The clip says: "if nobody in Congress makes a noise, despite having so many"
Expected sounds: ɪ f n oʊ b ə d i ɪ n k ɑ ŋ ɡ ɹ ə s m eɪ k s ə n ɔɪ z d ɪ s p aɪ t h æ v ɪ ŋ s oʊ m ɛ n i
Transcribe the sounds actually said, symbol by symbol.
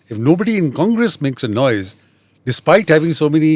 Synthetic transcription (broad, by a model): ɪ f n oʊ b ə d i ɪ n k ɑ ŋ ɡ ɹ ə s m eɪ k s ə n ɔɪ z d ɪ s p aɪ t h æ v ɪ ŋ s oʊ m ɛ n i